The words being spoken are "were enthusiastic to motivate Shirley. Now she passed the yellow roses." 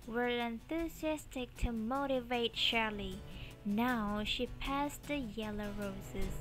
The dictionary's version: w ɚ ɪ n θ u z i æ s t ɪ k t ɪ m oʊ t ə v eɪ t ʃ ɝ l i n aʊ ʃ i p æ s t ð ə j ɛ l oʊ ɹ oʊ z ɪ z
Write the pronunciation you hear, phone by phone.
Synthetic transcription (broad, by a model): w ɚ ɪ n θ u z i æ s t ɪ k t ɪ m oʊ t ə v eɪ t ʃ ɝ l i n aʊ ʃ i p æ s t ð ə j ɛ l oʊ ɹ oʊ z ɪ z